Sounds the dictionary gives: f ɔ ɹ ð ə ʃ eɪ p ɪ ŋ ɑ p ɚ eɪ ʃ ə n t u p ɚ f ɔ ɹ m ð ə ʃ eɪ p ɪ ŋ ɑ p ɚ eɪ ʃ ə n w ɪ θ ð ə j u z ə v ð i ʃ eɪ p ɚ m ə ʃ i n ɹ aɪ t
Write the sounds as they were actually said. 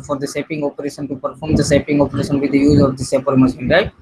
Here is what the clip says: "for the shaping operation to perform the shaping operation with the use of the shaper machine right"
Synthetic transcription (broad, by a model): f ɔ ɹ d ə s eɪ p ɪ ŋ ɑ p ɚ eɪ ʃ ə n t u p ɚ f ɔ ɹ m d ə s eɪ p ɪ ŋ ɑ p ɚ eɪ ʃ ə n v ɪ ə j u z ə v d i s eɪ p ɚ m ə s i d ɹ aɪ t